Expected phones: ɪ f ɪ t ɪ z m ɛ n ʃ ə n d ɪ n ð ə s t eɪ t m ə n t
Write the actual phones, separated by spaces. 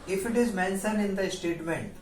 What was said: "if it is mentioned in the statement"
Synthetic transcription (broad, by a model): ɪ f ɪ t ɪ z m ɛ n s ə n ɪ n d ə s t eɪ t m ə n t